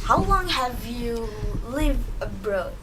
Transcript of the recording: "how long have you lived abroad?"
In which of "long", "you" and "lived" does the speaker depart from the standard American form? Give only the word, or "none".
lived